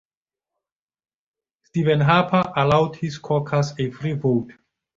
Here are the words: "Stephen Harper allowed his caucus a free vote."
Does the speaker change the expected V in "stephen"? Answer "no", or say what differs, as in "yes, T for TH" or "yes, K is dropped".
no